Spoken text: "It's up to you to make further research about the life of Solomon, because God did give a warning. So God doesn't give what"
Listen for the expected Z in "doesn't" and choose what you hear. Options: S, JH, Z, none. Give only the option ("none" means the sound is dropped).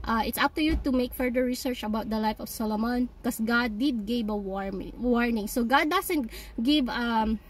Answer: S